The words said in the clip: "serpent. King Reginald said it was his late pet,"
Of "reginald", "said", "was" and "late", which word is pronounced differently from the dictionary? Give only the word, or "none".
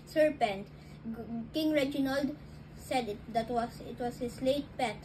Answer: was